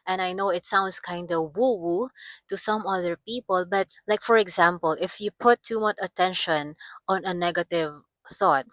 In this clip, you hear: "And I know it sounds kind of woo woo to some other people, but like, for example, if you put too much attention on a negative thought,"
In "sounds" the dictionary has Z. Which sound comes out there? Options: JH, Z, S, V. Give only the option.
S